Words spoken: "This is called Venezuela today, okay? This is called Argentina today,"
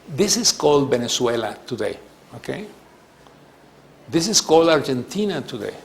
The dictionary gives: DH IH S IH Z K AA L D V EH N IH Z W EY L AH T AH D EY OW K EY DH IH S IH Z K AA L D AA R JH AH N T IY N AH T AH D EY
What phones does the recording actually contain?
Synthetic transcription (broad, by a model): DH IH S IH S K AA L D B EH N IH S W EY L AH T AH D EY OW K EY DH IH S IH S K AA L D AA R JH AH N T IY N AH T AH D EY